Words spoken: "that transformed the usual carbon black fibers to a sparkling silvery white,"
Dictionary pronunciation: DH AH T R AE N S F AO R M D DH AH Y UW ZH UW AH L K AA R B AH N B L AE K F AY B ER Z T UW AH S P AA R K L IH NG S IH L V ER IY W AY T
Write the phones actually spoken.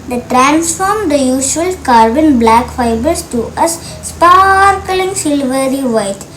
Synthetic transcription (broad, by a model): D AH T R AE N S F AO R M D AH Y UW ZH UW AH L K AA R B AH N B L AE K F AY B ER S T UW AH S P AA R K L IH NG S IH L V ER IY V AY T